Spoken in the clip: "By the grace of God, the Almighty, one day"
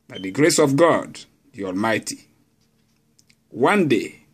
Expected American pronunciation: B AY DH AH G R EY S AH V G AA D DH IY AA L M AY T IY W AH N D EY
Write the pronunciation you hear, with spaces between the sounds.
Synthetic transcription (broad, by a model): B AY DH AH G R EY S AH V G AA D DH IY AA L M AY T IY W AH N D EY